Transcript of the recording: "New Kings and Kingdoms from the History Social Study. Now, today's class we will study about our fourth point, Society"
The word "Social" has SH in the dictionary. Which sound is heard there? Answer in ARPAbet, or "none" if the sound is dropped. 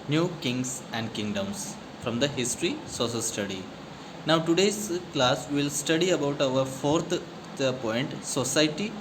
S